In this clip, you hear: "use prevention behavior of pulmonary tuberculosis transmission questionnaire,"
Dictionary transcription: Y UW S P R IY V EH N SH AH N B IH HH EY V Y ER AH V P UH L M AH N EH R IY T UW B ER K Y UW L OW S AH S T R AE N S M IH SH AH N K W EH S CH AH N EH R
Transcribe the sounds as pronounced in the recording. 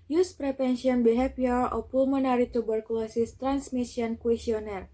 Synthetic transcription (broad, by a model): Y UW S P R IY P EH N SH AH N B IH HH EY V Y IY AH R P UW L M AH N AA R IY T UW B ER K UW L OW S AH S T R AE N S M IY S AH N K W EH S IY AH N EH R